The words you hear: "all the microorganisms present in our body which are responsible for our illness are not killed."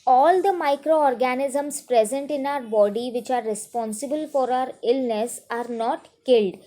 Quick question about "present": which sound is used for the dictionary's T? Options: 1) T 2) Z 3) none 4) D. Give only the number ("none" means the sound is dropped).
1